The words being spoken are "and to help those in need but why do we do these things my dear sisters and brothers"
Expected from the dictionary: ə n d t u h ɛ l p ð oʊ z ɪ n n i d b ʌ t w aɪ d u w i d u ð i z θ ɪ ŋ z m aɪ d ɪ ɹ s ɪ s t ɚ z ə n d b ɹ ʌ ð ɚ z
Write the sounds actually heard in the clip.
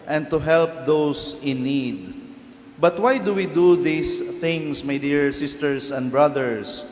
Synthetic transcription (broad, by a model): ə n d t u h ɛ l p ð oʊ s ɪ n n i d b ʌ t w aɪ d u w i d u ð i s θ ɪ ŋ s m aɪ d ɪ ɹ s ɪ s t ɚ s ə n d b ɹ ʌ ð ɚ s